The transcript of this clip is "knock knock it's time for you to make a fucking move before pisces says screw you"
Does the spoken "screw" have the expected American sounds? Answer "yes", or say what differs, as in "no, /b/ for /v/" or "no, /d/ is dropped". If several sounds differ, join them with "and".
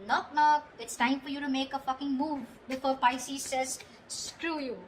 yes